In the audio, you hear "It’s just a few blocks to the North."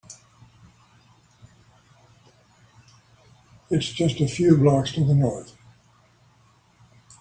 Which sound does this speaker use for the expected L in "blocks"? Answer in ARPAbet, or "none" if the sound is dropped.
L